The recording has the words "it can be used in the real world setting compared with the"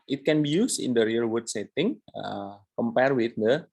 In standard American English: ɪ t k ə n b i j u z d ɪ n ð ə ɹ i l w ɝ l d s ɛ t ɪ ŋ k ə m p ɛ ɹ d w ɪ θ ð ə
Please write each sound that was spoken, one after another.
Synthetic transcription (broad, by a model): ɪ t k ə n b i j u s ɪ n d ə ɹ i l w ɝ d s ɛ t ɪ ŋ k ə m p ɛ ɹ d w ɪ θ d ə